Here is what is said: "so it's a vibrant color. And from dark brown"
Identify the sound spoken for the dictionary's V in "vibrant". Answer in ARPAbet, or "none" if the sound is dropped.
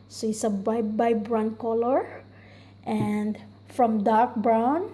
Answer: B